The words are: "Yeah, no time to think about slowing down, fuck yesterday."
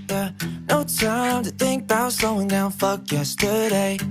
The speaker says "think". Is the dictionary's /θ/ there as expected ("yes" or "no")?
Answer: yes